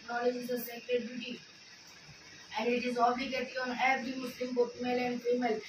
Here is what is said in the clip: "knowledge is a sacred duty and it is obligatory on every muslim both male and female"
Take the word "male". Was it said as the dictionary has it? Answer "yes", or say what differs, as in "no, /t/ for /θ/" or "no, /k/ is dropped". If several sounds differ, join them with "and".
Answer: yes